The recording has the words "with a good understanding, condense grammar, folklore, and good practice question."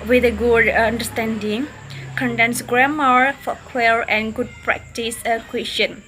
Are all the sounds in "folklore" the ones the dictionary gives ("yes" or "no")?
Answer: no